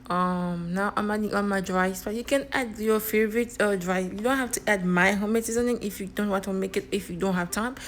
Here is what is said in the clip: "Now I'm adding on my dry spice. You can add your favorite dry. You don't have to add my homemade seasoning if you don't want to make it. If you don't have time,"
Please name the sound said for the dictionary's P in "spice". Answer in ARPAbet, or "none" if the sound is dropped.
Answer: B